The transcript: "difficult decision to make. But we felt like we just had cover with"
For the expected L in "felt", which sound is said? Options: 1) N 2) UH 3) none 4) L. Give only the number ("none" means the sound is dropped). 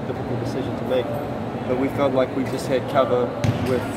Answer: 3